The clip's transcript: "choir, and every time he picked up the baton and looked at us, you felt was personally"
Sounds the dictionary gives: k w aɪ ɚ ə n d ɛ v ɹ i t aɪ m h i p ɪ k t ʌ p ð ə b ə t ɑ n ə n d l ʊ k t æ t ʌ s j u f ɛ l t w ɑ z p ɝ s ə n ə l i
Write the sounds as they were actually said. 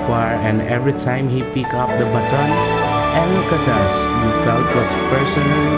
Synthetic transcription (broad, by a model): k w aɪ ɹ ə n d ɛ v ɹ i t aɪ m h i p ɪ k ʌ p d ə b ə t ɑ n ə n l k ʌ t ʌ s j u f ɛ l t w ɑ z p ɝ s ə n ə l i